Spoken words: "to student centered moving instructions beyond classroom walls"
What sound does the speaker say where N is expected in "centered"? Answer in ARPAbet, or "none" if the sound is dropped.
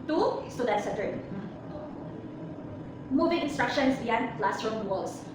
none